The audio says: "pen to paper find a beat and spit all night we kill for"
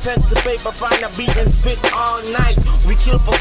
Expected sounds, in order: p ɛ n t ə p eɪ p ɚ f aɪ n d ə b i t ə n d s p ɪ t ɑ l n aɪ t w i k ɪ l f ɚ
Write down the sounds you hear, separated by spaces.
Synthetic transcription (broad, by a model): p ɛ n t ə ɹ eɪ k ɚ f aɪ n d ə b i ə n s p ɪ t ɑ l n aɪ t w i k ɪ l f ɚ